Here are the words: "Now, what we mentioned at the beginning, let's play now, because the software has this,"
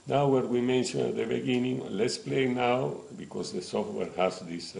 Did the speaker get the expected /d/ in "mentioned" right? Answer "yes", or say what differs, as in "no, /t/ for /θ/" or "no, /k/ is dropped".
no, /d/ is dropped